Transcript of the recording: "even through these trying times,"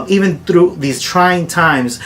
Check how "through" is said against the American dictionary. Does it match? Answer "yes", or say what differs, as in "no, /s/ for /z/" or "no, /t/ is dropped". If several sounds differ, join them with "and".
yes